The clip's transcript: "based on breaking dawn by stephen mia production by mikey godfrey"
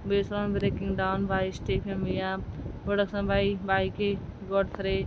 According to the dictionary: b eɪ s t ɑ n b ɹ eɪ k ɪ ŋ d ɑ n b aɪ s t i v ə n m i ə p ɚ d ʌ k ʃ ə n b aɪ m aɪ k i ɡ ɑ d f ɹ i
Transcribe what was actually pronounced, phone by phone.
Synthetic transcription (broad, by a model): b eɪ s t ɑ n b ɹ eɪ k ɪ ŋ d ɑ n b aɪ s t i p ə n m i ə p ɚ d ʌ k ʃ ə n b aɪ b aɪ k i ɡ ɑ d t ɹ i